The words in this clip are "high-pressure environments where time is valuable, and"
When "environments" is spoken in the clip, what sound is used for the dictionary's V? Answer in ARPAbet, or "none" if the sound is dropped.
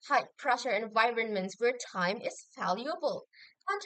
V